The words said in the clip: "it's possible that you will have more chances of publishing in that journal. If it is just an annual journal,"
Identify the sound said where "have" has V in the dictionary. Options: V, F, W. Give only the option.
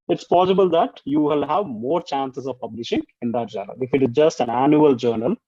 V